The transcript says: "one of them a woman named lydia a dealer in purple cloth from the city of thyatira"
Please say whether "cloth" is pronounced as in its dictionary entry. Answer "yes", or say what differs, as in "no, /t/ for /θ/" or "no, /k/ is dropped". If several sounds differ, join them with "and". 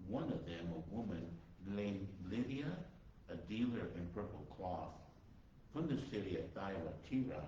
yes